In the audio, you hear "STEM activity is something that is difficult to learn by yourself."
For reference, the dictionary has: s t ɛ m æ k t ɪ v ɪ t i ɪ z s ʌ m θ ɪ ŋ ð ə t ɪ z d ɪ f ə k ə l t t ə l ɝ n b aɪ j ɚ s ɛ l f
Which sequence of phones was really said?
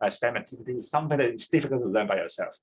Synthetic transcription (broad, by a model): s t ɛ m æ t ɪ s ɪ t i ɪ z s ʌ m θ ɪ ŋ ð ə t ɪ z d ɪ f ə k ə l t t ə l ɝ n b aɪ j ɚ s ɛ l f